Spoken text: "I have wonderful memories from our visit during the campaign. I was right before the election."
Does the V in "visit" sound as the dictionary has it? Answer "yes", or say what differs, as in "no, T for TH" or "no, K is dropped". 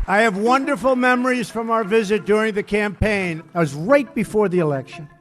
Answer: yes